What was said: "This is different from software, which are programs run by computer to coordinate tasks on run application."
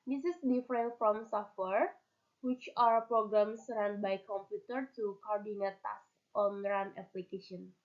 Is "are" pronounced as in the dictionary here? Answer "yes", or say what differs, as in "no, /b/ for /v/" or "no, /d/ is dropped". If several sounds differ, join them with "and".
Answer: no, /w/ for /ɹ/